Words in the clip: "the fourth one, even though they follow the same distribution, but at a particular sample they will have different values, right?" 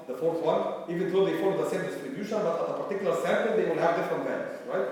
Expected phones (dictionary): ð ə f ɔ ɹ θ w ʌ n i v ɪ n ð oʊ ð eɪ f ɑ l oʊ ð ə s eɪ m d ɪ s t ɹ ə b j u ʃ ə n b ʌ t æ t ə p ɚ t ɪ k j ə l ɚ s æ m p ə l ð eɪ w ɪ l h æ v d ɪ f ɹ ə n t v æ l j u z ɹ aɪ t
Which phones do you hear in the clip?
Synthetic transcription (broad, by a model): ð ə f ɔ ɹ θ w ʌ n i v ɪ n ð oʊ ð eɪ f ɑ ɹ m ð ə s eɪ m d ɪ s t ɹ ə b j u ʃ ə n b ʌ t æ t ə p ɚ t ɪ k j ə l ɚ s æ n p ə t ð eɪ w ɪ l h æ v d ɪ f ɹ ə n t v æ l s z ɹ aɪ t